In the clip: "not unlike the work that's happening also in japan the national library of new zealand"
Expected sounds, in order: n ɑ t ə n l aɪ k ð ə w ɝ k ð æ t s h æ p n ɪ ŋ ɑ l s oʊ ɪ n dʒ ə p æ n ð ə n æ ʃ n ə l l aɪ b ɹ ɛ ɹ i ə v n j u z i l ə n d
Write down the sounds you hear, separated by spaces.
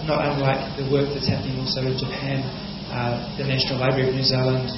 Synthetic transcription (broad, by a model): n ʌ t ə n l aɪ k ð ə w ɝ k ð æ t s h æ p n ɪ ŋ ɑ l s oʊ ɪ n dʒ ə p æ n ð ə n æ ʃ n ə l l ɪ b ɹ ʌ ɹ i ə v n j u z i l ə n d